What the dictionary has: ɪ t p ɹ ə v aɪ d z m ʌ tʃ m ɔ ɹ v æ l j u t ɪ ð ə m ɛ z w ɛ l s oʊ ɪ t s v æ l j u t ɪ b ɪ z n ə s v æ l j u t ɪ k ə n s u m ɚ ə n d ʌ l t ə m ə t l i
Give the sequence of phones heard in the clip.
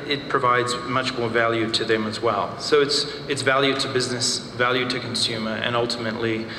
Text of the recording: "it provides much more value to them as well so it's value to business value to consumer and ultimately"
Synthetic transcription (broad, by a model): ɪ t p ɹ ə v aɪ d z m ʌ tʃ m ɔ ɹ v æ l j u t ɪ ð ə m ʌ z w ɛ l s oʊ ɪ t s v æ l j u t ɪ b ɪ z n ə s v æ l j u t ɪ k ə n s u m ɚ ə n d ʌ l t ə m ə t l i